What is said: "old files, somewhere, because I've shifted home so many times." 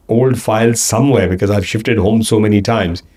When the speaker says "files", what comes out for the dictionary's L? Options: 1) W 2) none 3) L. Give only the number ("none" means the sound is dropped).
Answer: 3